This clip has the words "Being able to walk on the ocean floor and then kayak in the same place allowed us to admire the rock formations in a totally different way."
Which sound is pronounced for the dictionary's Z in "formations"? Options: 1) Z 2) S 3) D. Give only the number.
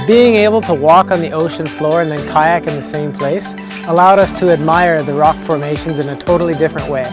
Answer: 1